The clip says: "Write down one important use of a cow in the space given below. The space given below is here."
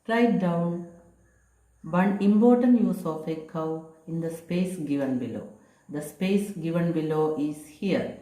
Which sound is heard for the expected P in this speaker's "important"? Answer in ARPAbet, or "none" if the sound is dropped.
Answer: B